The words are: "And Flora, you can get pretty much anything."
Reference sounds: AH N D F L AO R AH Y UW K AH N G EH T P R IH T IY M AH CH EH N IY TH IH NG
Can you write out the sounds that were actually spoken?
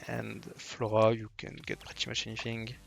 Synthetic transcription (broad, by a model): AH N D F L AO R AH Y UW K AH N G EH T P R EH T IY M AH SH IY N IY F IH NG